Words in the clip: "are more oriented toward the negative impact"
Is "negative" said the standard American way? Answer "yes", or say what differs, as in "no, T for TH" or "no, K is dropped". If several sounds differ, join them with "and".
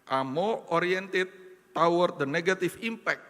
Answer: no, F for V